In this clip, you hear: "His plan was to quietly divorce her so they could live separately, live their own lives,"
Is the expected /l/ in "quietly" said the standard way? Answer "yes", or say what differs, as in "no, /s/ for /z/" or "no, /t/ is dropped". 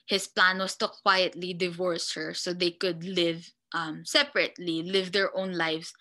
yes